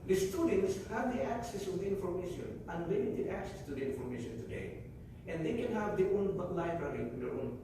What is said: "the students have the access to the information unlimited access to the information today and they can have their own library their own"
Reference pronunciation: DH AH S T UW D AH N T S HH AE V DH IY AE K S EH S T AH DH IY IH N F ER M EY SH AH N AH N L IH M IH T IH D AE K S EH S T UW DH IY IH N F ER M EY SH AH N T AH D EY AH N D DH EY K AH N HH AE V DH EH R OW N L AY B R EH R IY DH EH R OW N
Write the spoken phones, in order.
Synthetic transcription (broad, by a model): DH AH S T UW D AH N T S HH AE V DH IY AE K S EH S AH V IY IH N F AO M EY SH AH N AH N W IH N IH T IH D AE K S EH S T UW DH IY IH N F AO M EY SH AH N T AH D EY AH N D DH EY K AH N HH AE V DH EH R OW N L AY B R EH R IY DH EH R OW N